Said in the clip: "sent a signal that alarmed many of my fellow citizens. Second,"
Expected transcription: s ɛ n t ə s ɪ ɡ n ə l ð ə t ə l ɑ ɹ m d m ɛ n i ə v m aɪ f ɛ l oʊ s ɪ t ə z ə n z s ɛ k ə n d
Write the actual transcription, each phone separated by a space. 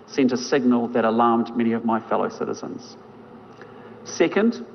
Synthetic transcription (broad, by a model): s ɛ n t ə s ɪ ɡ n ə l ð ə t ə l ɑ ɹ m d m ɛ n i ə v m aɪ f ɛ l oʊ s ɪ t ə z ə n z s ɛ k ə n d